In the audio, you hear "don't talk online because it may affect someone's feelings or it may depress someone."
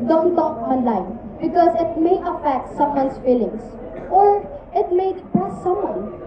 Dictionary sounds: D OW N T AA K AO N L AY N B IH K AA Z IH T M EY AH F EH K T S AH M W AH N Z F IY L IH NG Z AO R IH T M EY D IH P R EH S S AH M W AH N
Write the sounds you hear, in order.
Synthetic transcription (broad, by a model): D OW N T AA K AO N L AY N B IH K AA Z IH T M EY AH F EH K T S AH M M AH N S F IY L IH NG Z AO R IH T M EY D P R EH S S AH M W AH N